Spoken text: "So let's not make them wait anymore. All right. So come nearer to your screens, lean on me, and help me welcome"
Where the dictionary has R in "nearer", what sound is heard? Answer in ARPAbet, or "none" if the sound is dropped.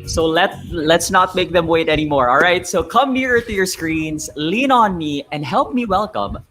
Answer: R